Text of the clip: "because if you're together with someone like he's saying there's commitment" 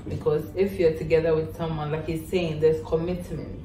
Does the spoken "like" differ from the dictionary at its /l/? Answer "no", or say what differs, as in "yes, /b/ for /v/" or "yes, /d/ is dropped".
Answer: no